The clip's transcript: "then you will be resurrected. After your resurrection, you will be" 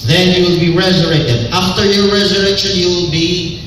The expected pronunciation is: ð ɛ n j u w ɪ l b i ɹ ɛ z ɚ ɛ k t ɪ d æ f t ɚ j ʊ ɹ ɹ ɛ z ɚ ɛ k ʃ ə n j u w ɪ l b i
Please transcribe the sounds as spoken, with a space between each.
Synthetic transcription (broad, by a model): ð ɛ n j u w ɪ l b i ɹ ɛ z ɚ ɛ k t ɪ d æ f t ɚ j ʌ ɹ ɹ ɛ z ɚ ɛ k ʃ ə n j u w ɪ l b i